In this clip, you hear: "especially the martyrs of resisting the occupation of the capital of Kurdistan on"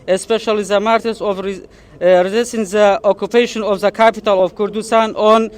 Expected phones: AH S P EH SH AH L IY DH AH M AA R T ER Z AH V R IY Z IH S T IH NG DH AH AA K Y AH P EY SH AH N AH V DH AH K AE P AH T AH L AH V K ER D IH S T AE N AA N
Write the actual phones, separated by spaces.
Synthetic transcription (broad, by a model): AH S P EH SH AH L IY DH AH M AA R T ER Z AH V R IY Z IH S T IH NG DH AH AA K Y AH P EY SH AH N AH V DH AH K AE P AH T AH L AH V K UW D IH S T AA N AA N